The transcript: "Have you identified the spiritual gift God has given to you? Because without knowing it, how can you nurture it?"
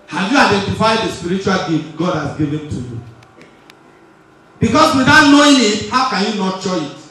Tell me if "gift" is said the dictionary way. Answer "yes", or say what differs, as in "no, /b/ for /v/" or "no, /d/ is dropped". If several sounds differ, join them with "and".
no, /f/ is dropped